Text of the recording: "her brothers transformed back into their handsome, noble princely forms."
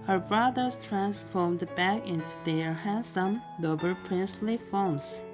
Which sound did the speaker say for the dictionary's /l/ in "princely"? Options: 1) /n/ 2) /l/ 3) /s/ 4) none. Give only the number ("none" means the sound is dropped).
2